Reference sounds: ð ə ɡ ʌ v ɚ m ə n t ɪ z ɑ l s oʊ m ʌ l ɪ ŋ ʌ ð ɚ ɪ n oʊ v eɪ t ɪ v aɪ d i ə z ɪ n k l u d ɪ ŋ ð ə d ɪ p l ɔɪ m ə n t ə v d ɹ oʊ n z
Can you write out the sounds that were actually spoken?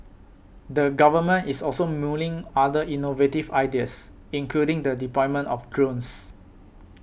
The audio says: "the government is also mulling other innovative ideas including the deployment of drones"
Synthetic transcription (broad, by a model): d ə ɡ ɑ v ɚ m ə n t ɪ s ɑ l s oʊ m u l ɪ ŋ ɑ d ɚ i n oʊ v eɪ t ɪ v aɪ d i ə s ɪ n k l u d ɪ ŋ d ə d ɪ p ɔɪ m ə n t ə f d ɹ oʊ n s